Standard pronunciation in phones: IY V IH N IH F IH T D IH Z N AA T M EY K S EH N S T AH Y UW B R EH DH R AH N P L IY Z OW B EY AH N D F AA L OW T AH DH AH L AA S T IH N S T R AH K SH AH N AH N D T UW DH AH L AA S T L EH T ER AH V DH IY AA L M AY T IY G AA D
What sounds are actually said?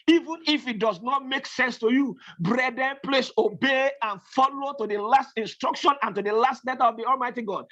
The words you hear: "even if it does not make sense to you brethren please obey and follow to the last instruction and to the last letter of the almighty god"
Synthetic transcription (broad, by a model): IY V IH N IH F IH T D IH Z N AA T M EY K S EH N S T AH Y UW B R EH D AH N P L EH S OW B EY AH N F AA L OW T AH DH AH L AA S T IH N S T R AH K SH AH N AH N T UW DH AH L AA S T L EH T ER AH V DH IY AA L M AY T IY G AA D